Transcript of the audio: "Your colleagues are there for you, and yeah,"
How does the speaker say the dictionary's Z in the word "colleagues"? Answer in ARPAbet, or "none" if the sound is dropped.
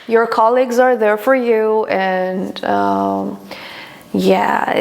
Z